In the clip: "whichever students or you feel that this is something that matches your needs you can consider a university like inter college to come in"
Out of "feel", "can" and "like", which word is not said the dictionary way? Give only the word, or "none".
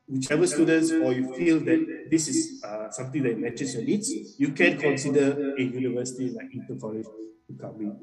like